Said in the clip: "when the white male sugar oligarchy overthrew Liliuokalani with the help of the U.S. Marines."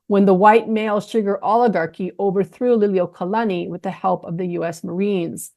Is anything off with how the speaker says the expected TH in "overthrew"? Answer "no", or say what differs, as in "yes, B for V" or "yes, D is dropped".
no